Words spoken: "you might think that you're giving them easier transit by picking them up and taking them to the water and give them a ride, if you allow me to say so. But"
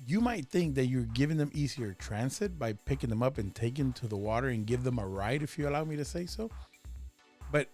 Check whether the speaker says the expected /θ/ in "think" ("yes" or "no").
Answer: yes